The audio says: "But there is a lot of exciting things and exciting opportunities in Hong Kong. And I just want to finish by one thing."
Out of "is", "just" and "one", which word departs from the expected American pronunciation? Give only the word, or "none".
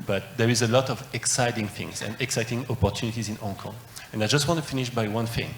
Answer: none